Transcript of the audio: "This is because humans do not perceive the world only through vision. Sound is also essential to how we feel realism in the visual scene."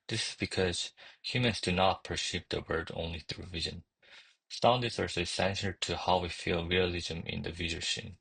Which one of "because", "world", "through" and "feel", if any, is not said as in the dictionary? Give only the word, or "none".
world